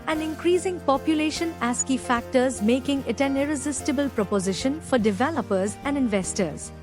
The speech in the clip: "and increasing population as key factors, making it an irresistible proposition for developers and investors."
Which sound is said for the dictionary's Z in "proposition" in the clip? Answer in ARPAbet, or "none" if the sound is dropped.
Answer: Z